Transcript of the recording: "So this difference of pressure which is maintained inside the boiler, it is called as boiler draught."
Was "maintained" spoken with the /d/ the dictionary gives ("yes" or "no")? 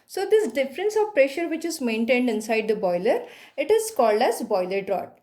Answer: yes